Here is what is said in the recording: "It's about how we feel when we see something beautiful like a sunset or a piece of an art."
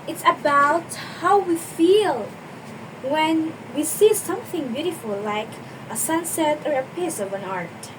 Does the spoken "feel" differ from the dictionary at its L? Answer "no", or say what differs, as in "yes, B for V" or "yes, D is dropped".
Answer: no